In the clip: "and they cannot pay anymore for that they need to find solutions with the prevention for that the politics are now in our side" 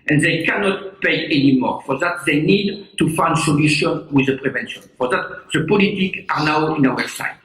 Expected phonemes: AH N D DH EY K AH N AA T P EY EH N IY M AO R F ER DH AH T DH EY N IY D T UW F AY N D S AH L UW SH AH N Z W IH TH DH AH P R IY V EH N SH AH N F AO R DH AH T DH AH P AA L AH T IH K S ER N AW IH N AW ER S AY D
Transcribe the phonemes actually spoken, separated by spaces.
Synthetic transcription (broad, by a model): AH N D DH EY K AH N AA T P EY EH N IY M AO R F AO DH AH T DH EY N IY D T UW F AY N D S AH L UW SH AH N W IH DH AH P R IY V EH N SH AH N F AO R DH AH T DH AH P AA L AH T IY K ER N AW IH N AW ER S AY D